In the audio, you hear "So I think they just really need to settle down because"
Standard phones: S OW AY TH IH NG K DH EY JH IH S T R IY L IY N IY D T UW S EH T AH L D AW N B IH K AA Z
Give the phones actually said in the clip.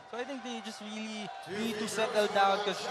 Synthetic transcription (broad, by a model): S OW AY T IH NG K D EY JH IH S T R IY L IY N IY D T UW S EH T AH L D AW N K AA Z